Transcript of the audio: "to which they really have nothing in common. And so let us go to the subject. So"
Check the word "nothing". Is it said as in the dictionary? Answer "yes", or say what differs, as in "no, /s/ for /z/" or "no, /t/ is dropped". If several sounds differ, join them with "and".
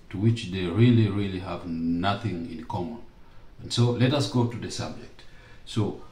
yes